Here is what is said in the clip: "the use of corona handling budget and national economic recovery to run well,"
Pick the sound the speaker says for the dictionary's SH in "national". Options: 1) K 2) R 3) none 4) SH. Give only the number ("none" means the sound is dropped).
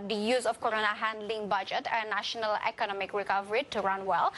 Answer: 4